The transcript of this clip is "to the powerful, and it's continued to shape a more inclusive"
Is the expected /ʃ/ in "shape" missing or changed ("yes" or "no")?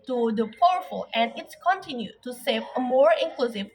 yes